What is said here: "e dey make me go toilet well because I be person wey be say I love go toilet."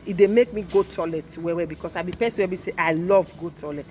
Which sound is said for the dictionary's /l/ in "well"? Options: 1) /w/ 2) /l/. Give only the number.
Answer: 1